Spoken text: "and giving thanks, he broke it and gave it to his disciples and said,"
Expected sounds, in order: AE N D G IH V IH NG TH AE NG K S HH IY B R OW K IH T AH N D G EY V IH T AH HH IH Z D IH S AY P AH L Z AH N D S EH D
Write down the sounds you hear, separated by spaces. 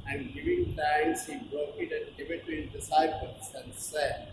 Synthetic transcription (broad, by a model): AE N D G IH V IH NG T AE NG S HH IY B R OW K IH T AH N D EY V IH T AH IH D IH S AY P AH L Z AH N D S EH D